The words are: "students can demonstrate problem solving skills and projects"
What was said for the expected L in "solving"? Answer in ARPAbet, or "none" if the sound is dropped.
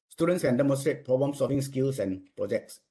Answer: none